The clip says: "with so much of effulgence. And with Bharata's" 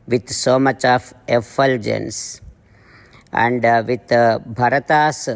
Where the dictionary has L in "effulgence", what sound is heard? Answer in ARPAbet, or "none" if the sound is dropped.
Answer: L